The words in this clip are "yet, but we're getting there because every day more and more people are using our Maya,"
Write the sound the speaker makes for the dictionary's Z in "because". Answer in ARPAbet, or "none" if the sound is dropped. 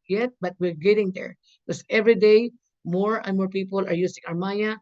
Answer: S